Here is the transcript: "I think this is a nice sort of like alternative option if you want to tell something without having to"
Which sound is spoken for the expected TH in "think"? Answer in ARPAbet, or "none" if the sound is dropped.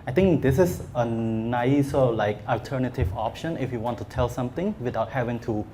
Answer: T